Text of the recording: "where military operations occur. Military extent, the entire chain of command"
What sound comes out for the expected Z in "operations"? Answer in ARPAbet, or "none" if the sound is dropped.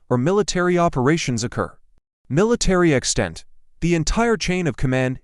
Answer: Z